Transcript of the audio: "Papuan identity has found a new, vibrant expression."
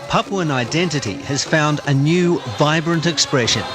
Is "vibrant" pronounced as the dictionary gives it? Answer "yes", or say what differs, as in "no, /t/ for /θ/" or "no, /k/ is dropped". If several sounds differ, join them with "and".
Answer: yes